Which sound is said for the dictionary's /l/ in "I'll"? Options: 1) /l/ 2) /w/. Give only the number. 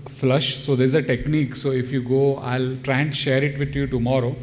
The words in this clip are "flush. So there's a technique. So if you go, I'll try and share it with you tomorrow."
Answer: 1